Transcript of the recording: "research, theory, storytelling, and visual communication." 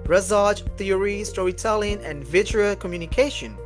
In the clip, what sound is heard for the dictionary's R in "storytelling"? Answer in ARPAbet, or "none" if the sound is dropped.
none